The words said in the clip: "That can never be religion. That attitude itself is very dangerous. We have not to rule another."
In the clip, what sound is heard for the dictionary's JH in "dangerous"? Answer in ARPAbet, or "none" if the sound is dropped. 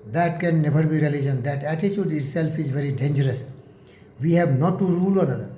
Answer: JH